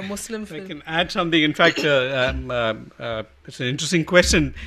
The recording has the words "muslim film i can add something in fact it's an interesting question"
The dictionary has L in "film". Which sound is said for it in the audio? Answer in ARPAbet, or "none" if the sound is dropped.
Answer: none